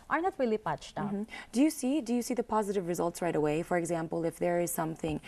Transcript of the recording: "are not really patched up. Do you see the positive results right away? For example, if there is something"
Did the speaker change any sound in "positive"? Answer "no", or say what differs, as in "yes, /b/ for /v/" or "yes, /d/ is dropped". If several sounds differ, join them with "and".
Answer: no